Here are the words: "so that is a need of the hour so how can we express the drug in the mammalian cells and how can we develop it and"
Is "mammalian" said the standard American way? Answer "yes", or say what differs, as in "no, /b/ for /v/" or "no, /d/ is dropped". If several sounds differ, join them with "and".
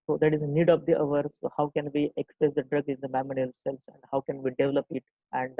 no, /l/ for /n/